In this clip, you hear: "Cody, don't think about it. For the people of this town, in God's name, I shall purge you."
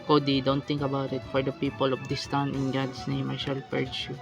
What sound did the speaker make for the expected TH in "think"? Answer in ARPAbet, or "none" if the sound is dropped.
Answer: T